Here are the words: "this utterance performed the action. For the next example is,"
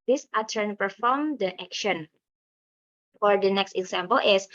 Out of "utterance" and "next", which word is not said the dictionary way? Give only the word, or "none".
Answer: utterance